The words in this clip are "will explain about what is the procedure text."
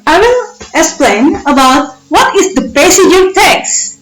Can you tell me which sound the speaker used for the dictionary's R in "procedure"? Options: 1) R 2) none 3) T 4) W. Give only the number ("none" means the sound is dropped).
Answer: 2